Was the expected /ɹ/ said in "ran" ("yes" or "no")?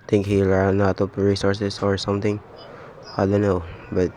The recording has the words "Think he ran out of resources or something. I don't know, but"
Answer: no